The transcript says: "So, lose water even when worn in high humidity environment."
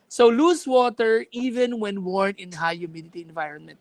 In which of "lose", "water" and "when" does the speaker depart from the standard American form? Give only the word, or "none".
lose